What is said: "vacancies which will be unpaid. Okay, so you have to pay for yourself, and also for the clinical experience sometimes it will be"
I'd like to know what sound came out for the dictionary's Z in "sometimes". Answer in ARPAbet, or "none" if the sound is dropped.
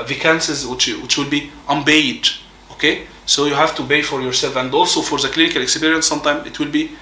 none